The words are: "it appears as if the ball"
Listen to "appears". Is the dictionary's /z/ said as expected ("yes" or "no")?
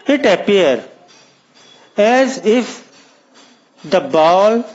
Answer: no